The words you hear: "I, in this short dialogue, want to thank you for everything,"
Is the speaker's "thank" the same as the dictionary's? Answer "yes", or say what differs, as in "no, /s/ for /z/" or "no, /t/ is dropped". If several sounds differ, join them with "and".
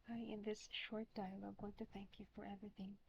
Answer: yes